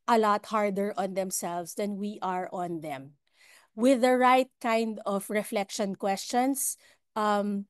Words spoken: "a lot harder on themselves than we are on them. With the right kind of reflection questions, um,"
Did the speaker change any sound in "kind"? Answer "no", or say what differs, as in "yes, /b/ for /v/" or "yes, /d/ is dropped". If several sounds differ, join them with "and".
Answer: no